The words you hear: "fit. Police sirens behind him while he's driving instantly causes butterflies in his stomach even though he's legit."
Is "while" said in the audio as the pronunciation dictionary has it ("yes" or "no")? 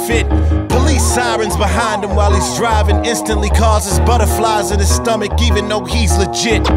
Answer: yes